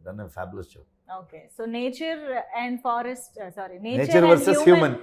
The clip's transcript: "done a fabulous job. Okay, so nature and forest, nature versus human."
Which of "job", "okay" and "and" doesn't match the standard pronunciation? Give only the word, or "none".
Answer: job